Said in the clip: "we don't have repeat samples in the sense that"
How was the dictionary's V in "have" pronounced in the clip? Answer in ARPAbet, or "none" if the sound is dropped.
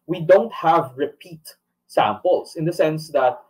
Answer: V